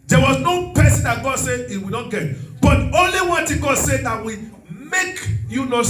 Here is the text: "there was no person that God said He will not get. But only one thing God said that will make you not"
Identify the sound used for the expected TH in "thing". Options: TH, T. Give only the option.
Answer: T